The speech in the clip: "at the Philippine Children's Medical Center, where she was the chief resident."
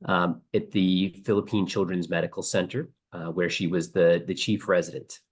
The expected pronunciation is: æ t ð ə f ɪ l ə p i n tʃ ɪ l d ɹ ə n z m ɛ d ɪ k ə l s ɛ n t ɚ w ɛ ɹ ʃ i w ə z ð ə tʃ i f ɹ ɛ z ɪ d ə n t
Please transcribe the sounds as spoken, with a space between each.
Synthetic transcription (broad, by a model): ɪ t ð ə f ɪ l ə p i n tʃ ɪ l d ɹ ə n z m ɛ d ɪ k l s ɛ n t ɚ w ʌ ɹ ʃ i w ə z ð ə tʃ i f ɹ ɛ z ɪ d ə n t